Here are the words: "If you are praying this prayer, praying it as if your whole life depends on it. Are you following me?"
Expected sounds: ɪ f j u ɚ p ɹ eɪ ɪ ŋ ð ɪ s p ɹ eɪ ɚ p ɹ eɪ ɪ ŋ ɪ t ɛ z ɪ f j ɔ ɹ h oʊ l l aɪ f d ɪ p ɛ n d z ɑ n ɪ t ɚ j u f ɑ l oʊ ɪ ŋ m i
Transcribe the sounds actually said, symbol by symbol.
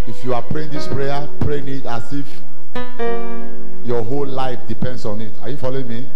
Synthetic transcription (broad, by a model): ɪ f j u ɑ p ɹ eɪ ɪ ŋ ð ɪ s p ɹ eɪ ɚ p ɹ eɪ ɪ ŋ ɪ t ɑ s ɪ f j ɔ h oʊ l l aɪ f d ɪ p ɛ n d s ɑ n ɪ t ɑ j u f ɑ l oʊ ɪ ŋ m i